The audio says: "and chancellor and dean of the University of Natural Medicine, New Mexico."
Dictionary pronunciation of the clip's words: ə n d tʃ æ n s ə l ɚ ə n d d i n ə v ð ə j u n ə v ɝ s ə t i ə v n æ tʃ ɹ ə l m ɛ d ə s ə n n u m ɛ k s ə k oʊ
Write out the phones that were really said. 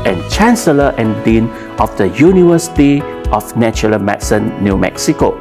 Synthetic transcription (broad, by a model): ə n tʃ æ n s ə l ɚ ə n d d i n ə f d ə j u n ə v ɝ s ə t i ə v n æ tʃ ə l m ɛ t s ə n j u m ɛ k s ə k oʊ